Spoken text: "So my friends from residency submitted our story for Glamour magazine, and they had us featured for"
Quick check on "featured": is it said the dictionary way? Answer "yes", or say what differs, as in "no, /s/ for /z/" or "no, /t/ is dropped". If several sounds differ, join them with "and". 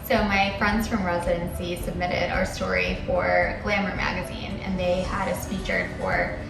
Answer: no, /p/ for /f/